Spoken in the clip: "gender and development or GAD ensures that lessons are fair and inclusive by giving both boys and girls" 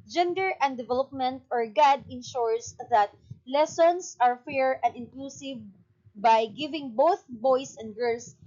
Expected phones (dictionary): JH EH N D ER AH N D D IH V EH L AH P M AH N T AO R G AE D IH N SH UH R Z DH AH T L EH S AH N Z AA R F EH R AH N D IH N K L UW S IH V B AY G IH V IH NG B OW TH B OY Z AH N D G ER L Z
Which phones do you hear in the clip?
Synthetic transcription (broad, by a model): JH EH N D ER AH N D D IH V EH L AH P M AH N T AO R G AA D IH N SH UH R S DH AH T L EH S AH N S AA R F EH R AH N D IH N K L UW S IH V B AY G IH V IH NG B OW TH B OY S AH N D G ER L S